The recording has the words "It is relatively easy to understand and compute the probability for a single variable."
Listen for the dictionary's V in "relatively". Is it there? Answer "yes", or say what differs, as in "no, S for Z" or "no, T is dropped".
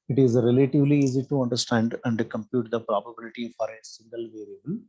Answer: yes